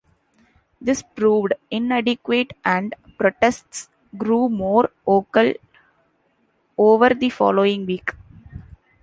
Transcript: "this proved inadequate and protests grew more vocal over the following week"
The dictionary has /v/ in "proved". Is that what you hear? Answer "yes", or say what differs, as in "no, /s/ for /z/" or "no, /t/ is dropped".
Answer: yes